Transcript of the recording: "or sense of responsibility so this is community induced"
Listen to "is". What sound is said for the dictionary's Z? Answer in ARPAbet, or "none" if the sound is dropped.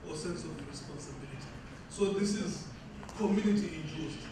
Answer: Z